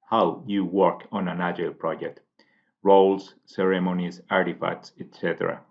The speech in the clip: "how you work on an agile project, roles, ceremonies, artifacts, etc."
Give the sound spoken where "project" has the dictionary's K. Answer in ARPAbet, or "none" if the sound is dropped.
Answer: K